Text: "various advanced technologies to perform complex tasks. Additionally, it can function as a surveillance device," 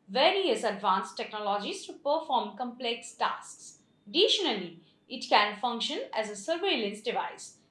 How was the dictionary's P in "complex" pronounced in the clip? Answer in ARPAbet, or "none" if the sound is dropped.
P